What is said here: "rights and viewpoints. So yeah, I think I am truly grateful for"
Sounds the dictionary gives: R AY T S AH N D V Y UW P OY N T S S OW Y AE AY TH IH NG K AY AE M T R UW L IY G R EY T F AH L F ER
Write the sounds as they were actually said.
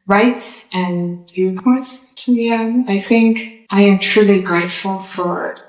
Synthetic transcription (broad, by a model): R AY T S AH N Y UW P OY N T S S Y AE AY TH IH NG K AY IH M T R UW L IY G R EY T F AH L F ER